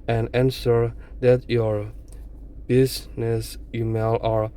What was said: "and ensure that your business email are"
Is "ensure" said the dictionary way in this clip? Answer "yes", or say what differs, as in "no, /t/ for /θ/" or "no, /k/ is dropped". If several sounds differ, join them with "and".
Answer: no, /s/ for /ʃ/